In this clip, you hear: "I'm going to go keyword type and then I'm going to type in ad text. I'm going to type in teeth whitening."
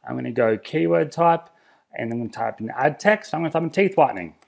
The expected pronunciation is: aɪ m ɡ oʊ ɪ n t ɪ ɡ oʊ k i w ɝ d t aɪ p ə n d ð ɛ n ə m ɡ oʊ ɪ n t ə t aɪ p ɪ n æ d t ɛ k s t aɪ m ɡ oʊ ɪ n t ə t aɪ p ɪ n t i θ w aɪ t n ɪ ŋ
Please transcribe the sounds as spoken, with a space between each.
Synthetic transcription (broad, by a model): aɪ m ɡ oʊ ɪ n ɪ ɡ oʊ k i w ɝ d t aɪ p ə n n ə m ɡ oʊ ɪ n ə t aɪ p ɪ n æ d t ɛ k s t aɪ m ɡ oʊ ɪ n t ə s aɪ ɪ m t i θ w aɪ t n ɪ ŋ